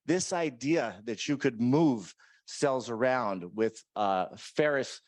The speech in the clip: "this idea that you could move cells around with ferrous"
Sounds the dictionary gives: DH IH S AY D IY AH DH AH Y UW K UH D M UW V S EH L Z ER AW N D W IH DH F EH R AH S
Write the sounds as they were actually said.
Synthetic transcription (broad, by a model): DH IH S AY D IY AH DH AH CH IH K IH D M UW V S EH L Z ER AW N D W IH DH F EH R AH S